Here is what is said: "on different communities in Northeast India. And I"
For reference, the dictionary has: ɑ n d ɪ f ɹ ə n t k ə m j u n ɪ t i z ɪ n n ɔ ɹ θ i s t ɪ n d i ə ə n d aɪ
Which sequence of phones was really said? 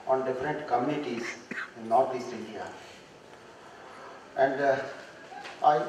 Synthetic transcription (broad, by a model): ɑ n d ɪ f ɹ ə n t k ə m j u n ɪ t i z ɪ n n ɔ ɹ t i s t ɪ n d i ə ə n d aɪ